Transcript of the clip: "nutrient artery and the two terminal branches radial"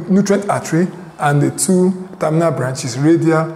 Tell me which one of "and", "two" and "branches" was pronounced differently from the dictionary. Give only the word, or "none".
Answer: branches